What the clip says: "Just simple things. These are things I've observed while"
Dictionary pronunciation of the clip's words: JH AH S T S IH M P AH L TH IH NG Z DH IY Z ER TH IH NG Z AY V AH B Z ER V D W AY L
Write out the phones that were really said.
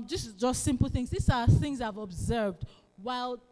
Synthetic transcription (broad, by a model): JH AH S T S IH M P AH L TH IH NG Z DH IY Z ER TH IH NG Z AY V AH B Z ER V D W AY L